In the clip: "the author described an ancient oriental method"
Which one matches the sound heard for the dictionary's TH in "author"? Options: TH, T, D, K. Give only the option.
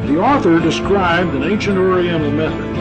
TH